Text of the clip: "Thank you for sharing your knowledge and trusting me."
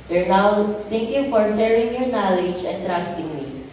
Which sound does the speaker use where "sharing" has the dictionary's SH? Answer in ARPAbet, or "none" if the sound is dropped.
S